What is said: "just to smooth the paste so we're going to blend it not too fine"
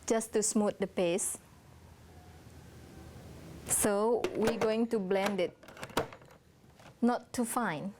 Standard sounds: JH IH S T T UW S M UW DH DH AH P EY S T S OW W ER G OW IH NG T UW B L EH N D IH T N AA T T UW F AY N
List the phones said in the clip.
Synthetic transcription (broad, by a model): JH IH S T T UW S M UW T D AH P EY S S OW W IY G OW IH NG T UW B L EH N D IH T N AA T T UW F AY N